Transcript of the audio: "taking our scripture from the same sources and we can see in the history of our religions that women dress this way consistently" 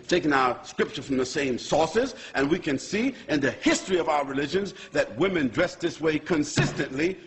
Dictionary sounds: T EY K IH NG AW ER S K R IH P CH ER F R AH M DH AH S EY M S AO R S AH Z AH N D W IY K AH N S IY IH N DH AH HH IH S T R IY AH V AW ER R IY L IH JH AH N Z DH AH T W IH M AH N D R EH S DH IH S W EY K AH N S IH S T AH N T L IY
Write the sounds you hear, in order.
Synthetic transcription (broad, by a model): T EY K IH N AW ER S K R IH P CH ER F R AH M DH AH S EY M S AO R S AH Z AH N W IY K AH N S IY IH N DH AH HH IH S T R IY AH V AW ER R IY L IH JH AH N Z DH AH T W IH M AH N D R EH S DH IH S W EY K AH N S IH S T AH N T L IY